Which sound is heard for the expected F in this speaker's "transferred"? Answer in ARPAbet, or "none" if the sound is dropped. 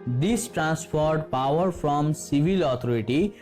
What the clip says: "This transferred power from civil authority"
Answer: P